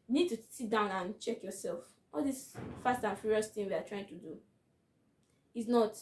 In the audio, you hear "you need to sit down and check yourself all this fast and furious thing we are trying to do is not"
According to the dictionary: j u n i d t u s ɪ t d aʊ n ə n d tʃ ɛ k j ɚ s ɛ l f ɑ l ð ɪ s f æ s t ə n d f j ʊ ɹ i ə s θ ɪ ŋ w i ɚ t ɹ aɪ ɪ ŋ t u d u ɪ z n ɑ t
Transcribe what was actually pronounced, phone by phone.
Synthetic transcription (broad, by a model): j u n i d t u s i t d aʊ n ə n tʃ ɛ k j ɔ s ɛ l f ɑ l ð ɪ s f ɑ s t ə n f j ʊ ɹ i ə s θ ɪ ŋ w i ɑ t ɹ aɪ ɪ ŋ t u d u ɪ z n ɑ t